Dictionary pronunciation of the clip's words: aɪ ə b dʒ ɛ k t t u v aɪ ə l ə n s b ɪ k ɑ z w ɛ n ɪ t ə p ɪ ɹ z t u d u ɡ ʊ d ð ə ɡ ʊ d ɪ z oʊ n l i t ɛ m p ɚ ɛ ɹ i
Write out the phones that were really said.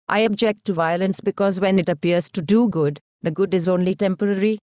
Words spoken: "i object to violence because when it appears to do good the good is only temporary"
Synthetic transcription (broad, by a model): aɪ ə b dʒ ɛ k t t u v aɪ ə l ə n s b ɪ k ɑ z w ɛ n ɪ t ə p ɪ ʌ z t u d u ɡ ʊ d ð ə ɡ ʊ d ɪ z oʊ n l i t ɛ m p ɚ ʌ ɹ i